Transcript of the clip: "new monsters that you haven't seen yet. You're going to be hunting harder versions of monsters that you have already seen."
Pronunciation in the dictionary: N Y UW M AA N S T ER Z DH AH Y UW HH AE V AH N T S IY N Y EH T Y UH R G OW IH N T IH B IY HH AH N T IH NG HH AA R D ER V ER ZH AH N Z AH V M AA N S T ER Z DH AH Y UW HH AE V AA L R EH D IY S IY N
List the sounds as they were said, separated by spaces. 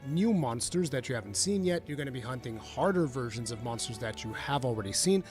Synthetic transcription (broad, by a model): N Y UW M AA N S T ER Z DH AH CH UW HH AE V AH N T S IY N Y EH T Y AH R G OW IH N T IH B IY HH AH N T IH NG HH AA R D ER V ER ZH AH N Z AH V M AA N S T ER Z DH AH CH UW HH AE V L R EH D IY S IY N